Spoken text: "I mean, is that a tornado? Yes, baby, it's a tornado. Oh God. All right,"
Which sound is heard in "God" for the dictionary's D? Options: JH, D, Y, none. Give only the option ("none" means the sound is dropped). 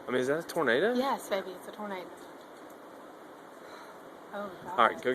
none